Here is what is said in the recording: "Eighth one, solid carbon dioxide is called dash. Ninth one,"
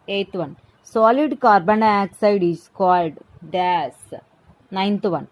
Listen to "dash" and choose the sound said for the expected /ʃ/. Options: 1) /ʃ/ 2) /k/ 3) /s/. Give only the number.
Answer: 3